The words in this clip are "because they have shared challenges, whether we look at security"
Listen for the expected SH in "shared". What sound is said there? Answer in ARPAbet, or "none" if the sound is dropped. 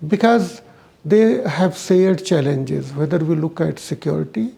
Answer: S